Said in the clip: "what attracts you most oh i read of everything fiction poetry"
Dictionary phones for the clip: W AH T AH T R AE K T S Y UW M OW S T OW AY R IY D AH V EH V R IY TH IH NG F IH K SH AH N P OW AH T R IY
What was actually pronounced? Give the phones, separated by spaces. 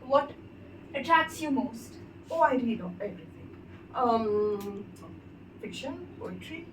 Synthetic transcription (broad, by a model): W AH T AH T AE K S Y UW M OW S T OW AY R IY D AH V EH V R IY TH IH NG F IH K SH AH N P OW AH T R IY